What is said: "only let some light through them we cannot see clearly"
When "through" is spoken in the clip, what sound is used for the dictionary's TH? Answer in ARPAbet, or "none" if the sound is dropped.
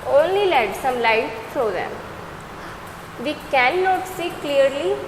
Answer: T